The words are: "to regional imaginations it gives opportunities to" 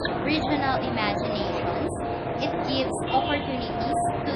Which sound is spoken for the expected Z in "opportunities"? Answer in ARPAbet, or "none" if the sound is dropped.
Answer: none